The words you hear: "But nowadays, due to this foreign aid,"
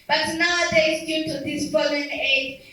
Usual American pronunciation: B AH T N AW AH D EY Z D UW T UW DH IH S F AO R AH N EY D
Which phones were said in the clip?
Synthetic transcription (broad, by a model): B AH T N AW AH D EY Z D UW T UW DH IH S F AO L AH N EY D